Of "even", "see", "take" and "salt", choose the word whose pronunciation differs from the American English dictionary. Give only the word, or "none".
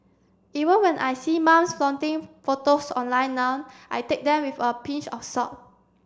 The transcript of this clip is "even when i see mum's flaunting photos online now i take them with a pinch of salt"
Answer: salt